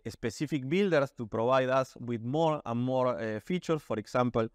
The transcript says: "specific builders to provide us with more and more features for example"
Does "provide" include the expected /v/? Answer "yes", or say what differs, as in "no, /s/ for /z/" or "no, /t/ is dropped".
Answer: no, /b/ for /v/